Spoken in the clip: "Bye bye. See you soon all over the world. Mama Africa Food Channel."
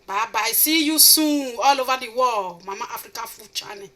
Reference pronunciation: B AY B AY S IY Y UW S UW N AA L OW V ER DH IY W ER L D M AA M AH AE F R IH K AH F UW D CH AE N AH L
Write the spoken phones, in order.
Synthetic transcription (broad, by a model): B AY B AY S IY Y UW S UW AA L OW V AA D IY W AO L M AA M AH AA F R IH K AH F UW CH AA N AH